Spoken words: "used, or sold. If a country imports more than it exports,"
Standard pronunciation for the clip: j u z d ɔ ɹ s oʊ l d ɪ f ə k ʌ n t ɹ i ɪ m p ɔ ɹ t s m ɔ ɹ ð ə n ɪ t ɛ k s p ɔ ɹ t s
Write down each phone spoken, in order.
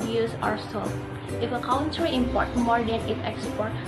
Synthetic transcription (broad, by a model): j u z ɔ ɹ s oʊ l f ɪ f ə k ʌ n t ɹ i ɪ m p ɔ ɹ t m ɔ ɹ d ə n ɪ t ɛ k s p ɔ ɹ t